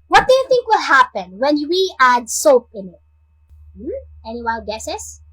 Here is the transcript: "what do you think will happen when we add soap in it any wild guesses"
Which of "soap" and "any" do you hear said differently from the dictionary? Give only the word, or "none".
none